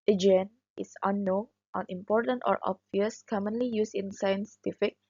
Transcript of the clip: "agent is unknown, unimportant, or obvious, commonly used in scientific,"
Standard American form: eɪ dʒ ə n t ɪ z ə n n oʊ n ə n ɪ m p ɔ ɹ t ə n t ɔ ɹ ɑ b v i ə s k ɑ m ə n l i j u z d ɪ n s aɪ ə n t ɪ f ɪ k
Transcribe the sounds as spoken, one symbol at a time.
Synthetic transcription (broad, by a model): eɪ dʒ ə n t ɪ s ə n n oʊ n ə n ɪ m p ɔ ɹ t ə n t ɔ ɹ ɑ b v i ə s k ɑ m ə n l i j u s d ɪ n s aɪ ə n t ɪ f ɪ k